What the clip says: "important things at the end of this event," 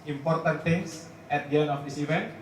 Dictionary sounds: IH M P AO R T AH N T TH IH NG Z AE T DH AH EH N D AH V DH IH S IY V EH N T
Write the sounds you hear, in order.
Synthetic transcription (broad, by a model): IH M P AO R T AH N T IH NG S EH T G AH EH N AH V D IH S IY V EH N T